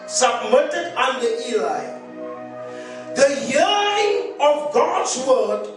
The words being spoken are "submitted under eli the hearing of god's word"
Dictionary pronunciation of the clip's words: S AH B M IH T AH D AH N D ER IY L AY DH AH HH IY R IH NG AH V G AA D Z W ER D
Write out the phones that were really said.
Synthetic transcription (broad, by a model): S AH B M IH T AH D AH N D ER IY L AY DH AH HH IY L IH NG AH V G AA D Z W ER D